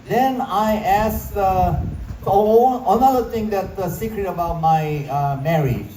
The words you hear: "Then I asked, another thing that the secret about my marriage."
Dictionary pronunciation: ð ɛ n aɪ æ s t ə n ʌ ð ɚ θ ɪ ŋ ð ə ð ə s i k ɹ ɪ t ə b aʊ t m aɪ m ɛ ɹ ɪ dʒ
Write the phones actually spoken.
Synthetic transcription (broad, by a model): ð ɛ n aɪ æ s ə n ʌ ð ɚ t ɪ ŋ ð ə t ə s i k ɹ ɪ t ə b aʊ t m aɪ m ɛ ɹ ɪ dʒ